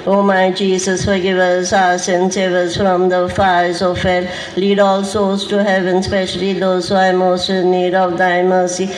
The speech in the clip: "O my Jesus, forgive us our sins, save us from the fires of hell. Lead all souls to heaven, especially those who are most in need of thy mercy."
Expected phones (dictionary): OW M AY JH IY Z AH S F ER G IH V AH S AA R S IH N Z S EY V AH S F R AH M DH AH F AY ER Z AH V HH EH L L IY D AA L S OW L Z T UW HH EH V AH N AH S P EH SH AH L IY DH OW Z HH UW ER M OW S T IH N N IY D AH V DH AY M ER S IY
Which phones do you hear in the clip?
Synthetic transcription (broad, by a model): OW M AY JH IY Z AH S F ER G IH V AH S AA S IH N S EY V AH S F R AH M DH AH F AY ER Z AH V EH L L IY D AA L S OW Z T UW HH EH V AH N S P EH SH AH L IY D OW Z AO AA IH M OW S T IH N N IY D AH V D AY M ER S IY